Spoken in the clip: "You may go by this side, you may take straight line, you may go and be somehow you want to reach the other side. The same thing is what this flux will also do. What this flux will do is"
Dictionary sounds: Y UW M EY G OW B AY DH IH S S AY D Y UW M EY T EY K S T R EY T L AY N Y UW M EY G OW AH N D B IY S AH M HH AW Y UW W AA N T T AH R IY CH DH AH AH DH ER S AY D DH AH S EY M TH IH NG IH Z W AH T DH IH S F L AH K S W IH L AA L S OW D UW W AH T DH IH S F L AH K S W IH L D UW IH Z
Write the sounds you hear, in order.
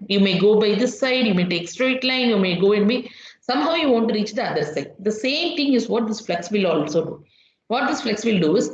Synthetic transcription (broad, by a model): Y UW M EY G OW B AY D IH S S AY D Y UW M EY T EY K S T R EY T L AY N Y UW M EY G OW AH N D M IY S AH M HH AW Y UW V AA N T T R IY CH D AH AH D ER S AY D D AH S EY M T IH NG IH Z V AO T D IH S F L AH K S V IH L AA L S OW D UW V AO T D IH S F L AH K S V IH L D UW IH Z